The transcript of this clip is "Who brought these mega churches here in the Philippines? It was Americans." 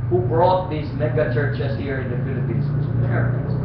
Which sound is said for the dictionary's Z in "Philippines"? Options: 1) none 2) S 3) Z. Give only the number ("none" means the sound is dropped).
2